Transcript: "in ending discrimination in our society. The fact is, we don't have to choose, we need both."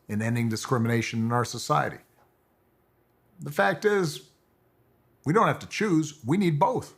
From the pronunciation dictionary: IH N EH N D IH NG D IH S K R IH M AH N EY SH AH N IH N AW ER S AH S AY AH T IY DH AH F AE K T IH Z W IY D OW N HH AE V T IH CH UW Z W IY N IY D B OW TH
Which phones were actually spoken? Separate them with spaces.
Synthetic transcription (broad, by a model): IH N EH N D IH NG D IH S K R IH M AH N EY SH AH N IH N AW ER S AH S AY AH T IY DH AH F AE K T IH Z W IY D OW N HH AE F T IH CH UW Z W IY N IY D B OW TH